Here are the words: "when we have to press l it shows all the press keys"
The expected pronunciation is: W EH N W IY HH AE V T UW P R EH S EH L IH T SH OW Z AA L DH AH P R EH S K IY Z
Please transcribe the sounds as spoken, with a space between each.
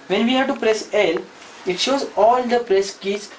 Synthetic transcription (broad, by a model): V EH N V IY HH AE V T UW P R EH S EH L IH T SH OW Z AA L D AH P R EH S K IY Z